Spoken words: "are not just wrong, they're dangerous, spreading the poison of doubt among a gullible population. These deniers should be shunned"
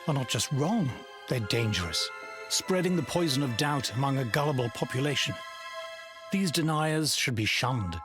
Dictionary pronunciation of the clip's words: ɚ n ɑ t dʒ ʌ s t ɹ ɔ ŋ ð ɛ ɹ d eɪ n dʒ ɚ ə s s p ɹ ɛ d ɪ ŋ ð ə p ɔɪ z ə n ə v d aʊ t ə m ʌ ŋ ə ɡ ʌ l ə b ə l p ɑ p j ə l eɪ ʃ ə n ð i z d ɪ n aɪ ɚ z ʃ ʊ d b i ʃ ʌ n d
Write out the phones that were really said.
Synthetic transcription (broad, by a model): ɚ n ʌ t dʒ ʌ s t ɹ ɔ ŋ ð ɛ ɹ d eɪ n dʒ ɚ ə s s p ɹ ɛ d ɪ ŋ ð ə p ɔɪ z ə n ə v d aʊ t ə m ʌ ŋ ə ɡ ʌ l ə b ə l p ɑ p j ə l eɪ ʃ ə n ð i z d ɪ n aɪ ɚ z ʃ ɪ d b i ʃ ʌ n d